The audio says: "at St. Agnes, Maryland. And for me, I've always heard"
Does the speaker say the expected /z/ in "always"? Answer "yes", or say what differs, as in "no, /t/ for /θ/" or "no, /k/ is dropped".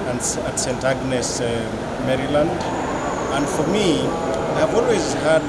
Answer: yes